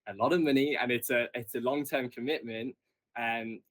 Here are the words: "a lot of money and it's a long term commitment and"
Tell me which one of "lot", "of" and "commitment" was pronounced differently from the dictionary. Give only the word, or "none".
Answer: none